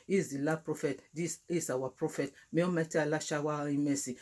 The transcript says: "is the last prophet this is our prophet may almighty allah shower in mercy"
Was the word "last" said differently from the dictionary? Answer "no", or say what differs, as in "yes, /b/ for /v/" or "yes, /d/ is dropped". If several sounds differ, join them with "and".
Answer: yes, /s/ is dropped